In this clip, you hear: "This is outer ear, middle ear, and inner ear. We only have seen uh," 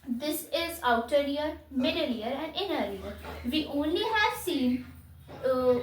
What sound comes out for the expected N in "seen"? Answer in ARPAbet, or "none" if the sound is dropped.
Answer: N